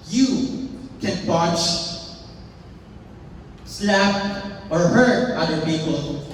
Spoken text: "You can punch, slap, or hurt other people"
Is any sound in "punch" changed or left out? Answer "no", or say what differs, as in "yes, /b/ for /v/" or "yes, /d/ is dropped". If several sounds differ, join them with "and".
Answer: yes, /n/ is dropped